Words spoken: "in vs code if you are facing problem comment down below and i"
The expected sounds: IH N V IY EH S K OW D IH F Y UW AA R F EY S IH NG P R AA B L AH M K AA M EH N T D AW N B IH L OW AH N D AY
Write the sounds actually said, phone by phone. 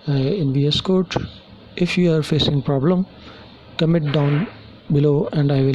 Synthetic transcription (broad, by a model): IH N V IY EH S K OW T IH F Y UW AA R F EY S IH NG P R AA B L AH M K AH M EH T D AW N B IH L OW AH N D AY